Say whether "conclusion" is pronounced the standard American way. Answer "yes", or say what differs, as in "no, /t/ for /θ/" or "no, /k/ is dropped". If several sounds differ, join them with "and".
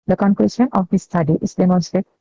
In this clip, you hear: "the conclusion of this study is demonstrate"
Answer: no, /s/ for /ʒ/